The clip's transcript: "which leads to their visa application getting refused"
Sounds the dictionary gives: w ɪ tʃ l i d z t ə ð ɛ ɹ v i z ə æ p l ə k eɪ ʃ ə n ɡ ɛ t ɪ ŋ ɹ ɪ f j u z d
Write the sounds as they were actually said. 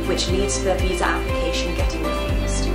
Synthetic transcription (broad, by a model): w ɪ tʃ l i d z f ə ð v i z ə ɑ p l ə k eɪ ʃ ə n ɡ ɛ t ɪ ŋ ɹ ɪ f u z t